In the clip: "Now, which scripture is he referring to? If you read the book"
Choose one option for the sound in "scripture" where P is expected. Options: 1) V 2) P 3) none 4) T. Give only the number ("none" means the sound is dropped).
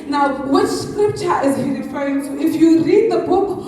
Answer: 2